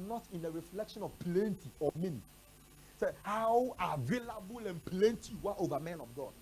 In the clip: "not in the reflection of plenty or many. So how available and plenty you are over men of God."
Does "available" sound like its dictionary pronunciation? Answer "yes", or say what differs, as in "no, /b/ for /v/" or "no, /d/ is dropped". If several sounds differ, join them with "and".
yes